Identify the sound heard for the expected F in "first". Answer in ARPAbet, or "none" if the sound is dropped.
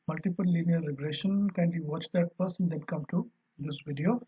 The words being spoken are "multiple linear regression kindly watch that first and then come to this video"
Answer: P